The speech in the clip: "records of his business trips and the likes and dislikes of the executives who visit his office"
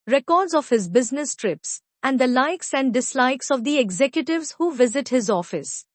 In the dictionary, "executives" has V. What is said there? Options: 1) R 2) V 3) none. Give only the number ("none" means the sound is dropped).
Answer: 2